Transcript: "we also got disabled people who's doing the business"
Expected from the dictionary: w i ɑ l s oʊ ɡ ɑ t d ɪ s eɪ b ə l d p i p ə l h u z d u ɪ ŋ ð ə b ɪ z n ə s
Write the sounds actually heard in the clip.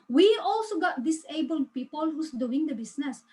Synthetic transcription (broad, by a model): w i ɑ l s oʊ ɡ ɑ t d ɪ s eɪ b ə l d p i p ə l h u s d u ɪ ŋ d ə b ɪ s n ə s